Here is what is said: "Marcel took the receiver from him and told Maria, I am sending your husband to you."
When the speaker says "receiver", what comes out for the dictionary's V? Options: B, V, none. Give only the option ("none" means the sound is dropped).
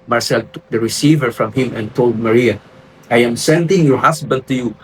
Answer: V